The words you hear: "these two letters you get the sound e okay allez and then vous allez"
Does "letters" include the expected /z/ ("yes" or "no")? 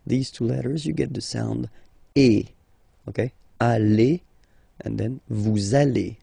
yes